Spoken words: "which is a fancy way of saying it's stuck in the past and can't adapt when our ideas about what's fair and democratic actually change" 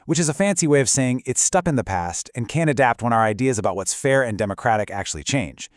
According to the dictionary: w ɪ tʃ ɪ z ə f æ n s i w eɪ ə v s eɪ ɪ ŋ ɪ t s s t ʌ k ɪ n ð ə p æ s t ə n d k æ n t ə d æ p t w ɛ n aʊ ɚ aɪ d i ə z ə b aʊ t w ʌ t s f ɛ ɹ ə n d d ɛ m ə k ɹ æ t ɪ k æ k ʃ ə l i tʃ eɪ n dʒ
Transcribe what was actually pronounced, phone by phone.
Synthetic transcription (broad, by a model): w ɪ tʃ ɪ z ə f æ n s i w eɪ ə v s eɪ ɪ ŋ ɪ t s s t ʌ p ɪ n ð ə p æ s t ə n k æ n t ə d æ p t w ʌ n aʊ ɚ aɪ d i ə z ə b aʊ t w ʌ t s f ɛ ɹ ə n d d ɛ m ə k ɹ æ t ɪ k æ k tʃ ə l i tʃ eɪ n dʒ